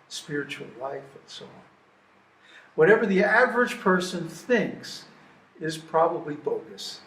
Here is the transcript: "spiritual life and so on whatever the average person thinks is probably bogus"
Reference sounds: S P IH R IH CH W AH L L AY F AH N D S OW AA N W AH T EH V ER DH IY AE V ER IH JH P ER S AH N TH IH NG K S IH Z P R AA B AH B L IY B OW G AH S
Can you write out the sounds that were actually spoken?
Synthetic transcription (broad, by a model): S P IH R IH CH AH L L AY F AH N S OW AA N W AH T EH V ER DH IY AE V ER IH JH P ER S AH N TH IH NG K S IH Z P R AA B AH B L IY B OW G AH S